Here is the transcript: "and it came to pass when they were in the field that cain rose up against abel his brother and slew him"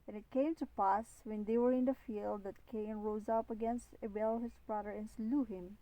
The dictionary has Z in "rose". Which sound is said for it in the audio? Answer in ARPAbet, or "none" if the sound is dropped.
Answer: Z